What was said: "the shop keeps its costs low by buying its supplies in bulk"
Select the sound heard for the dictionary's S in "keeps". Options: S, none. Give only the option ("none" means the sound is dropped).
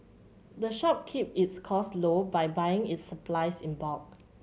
none